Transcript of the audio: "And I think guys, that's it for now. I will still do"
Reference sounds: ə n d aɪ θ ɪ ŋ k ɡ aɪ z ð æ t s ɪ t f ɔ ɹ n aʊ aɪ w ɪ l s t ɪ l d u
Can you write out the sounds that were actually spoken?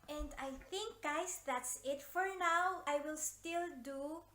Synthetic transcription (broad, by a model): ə n d aɪ θ ɪ ŋ k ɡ aɪ s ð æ t s ɪ t f ɔ ɹ n aʊ aɪ w ɪ l s t ɪ l d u